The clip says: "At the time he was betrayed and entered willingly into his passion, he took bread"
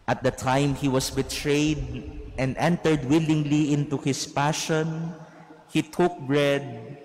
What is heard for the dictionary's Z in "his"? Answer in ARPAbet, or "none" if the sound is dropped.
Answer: S